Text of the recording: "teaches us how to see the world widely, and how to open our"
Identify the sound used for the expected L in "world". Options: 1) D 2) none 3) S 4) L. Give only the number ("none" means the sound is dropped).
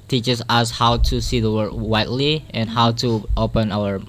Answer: 2